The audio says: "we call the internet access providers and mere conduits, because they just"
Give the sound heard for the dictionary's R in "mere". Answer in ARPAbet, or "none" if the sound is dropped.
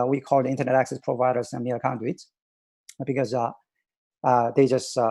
L